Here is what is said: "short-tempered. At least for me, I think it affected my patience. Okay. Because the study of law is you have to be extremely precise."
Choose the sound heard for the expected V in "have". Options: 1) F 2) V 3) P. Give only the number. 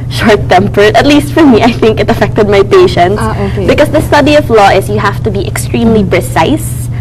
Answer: 1